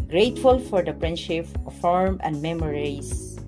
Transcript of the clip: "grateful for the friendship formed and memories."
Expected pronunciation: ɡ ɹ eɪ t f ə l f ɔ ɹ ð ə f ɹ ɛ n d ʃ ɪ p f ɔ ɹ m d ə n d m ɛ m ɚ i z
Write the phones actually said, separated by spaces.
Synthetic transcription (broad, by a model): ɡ ɹ eɪ t f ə l f ɔ ɹ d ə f ɹ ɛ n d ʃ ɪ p f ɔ ɹ m ə n d m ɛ m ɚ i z